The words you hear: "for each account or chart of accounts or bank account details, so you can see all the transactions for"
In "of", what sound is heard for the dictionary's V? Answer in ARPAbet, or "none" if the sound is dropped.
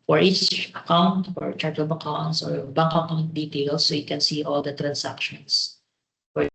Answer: B